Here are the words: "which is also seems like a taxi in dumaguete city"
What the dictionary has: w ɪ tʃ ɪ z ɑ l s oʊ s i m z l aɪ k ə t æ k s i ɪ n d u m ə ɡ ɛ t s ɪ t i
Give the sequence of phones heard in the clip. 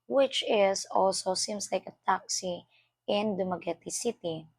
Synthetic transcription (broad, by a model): w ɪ tʃ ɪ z ɑ l s oʊ s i m s l aɪ k ə t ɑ k s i ɪ n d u m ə ɡ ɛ t s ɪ t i